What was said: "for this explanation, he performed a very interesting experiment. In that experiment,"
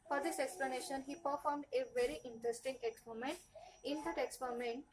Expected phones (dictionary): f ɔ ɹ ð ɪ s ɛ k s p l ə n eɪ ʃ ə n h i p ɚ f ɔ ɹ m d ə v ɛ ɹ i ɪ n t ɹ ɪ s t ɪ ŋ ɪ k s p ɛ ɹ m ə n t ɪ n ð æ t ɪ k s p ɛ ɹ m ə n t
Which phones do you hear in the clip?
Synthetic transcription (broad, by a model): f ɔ ɹ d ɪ s ɛ k s p l ə n eɪ ʃ ə n h i p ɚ f ɔ ɹ m d ə v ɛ ɹ i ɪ n t ɹ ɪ s t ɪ ŋ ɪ k s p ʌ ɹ m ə n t ɪ n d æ t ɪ k s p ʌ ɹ m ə n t